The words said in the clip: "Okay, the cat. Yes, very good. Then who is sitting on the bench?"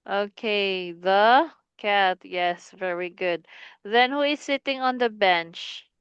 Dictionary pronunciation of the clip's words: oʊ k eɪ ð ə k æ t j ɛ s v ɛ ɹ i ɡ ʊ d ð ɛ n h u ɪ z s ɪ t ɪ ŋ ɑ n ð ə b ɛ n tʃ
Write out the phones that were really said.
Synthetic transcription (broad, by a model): oʊ k eɪ ð ə k æ t j ɛ s v ɛ ɹ i ɡ ʊ d ð ɛ n h u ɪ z s ɪ t ɪ ŋ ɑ n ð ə b ɛ n tʃ